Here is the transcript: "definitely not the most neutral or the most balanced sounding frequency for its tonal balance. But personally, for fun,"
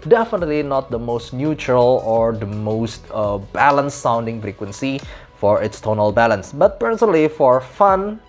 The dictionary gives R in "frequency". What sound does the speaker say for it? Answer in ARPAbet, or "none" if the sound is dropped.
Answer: R